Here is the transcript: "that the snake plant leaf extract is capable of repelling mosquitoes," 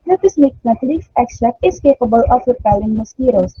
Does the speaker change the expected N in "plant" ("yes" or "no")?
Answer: yes